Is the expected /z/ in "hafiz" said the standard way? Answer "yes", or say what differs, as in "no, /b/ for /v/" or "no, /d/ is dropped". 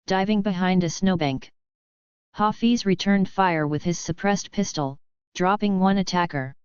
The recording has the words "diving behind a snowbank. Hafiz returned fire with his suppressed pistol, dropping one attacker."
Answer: yes